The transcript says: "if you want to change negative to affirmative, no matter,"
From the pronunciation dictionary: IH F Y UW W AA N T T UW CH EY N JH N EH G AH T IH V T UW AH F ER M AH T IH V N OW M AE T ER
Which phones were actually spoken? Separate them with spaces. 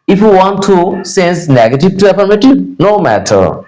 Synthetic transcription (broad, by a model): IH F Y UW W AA N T T UW S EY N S N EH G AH T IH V T UW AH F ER M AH T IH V N OW M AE T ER